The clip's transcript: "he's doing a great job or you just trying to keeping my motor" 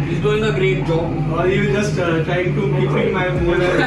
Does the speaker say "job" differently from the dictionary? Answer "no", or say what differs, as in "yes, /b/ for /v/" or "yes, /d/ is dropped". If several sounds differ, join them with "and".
yes, /b/ is dropped